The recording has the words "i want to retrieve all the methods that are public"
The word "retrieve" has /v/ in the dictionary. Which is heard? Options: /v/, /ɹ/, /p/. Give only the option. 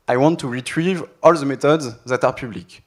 /v/